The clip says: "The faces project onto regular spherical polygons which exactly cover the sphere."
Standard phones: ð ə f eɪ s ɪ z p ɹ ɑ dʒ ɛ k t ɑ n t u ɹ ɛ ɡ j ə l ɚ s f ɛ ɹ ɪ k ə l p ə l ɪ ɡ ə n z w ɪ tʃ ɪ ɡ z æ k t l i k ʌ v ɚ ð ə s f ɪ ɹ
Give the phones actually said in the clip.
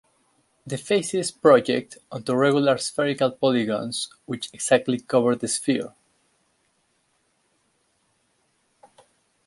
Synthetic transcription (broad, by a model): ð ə f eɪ s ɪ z p ɹ ɑ dʒ ɛ k t ɑ n t u ɹ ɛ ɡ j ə l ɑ s f ɛ ɹ ɪ k ə l p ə l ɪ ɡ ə n s w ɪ tʃ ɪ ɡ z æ k t l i k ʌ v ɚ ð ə s f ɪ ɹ